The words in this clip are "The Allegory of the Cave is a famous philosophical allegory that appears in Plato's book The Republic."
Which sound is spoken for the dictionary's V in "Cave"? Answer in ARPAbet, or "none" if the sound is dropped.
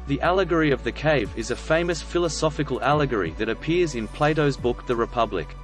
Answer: V